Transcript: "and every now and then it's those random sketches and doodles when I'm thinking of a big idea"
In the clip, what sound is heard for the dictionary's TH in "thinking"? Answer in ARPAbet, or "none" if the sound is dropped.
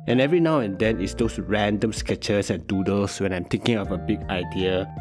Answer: T